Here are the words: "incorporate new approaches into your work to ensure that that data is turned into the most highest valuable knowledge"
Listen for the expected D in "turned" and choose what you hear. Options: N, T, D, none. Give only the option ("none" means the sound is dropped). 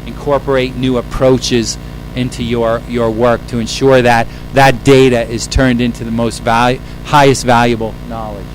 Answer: D